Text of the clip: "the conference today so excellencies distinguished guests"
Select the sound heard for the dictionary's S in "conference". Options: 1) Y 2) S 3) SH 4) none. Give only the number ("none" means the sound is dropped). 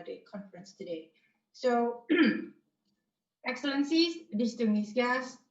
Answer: 2